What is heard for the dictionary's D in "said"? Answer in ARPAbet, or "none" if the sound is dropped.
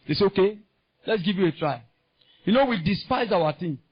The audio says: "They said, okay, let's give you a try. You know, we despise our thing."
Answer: none